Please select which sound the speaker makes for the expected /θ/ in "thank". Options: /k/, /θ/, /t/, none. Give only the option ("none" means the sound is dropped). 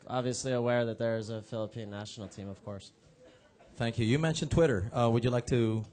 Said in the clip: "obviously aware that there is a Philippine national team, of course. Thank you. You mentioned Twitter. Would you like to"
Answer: /θ/